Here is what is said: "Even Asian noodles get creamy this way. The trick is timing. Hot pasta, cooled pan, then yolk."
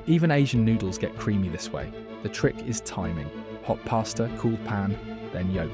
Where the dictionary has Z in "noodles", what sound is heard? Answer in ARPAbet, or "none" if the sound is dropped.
Z